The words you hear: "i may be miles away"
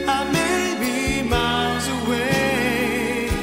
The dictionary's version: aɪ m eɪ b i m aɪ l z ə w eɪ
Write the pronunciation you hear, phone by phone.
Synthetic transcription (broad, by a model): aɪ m eɪ b i m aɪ z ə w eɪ